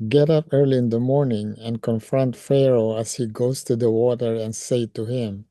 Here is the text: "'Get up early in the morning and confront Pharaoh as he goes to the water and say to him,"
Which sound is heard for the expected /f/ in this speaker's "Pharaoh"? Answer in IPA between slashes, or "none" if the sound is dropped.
/f/